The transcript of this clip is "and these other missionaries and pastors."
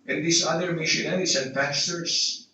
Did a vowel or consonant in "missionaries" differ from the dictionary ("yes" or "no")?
yes